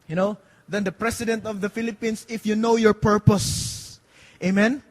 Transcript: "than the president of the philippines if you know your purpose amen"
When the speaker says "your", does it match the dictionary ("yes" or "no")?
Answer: yes